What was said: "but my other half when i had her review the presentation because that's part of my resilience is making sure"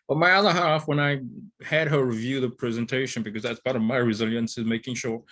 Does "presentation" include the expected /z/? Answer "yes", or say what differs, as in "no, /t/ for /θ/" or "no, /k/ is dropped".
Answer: yes